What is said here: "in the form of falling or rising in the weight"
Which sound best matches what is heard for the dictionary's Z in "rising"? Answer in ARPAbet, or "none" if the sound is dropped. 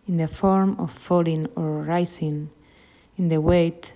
S